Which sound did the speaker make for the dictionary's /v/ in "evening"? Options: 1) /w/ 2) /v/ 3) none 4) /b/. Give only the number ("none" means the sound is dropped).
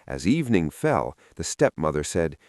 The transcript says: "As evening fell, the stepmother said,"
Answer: 2